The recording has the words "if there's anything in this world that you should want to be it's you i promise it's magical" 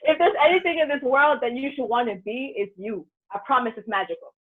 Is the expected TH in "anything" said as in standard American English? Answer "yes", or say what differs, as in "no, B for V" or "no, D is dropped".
yes